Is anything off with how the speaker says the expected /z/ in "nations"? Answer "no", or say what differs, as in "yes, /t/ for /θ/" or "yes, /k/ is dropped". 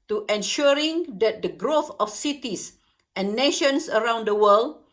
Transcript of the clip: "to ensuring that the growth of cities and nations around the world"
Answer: yes, /s/ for /z/